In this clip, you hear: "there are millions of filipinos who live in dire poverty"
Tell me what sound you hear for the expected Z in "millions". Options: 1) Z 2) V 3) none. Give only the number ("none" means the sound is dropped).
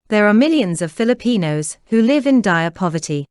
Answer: 1